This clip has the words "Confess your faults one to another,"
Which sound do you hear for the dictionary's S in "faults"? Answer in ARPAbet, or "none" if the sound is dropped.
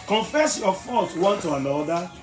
none